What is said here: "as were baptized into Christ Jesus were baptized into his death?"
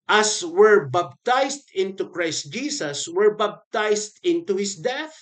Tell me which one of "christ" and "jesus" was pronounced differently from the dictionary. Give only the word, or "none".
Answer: jesus